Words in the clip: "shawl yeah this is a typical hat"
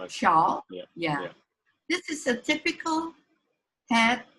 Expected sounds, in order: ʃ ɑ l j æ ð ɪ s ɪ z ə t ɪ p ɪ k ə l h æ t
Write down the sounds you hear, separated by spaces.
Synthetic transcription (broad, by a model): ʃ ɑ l j æ ð ɪ s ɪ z ə t ɪ p ɪ k ə l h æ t